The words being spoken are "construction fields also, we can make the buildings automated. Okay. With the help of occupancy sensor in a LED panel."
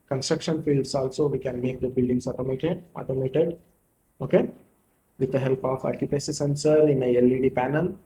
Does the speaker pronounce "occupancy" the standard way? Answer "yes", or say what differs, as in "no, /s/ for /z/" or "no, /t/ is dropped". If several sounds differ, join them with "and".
no, /n/ is dropped